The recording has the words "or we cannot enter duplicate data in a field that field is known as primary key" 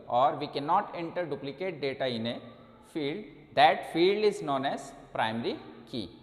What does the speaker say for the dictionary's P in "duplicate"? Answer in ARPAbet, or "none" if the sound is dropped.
P